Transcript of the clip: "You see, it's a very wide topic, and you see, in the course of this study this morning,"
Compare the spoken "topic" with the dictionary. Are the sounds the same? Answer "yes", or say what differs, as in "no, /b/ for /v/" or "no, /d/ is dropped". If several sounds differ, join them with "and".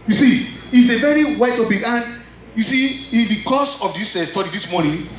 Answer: no, /b/ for /p/